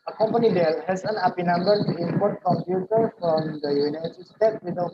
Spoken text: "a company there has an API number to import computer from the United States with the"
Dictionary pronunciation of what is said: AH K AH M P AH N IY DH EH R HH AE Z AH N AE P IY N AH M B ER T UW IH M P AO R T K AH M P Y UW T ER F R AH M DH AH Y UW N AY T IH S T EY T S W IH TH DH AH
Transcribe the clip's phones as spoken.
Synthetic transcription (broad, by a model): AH K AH M P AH N IY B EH L HH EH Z AH N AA P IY N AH M B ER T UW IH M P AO R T K AH M P Y UW T ER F R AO M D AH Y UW N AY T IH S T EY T W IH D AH